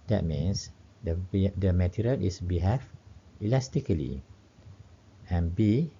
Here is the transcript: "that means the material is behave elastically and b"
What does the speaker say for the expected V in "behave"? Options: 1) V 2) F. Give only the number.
2